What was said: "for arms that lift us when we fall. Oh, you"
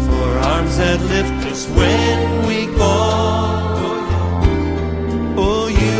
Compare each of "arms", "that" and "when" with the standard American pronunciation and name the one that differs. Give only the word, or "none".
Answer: none